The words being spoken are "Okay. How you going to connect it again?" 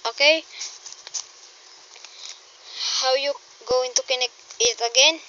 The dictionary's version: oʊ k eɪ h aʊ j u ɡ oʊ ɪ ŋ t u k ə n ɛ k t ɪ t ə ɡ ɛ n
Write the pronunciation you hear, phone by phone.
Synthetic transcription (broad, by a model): oʊ k eɪ h aʊ j u ɡ oʊ ɪ ŋ t u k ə n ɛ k ɪ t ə ɡ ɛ n